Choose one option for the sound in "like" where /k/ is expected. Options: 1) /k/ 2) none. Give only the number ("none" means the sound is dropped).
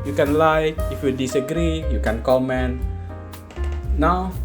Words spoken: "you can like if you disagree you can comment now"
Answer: 2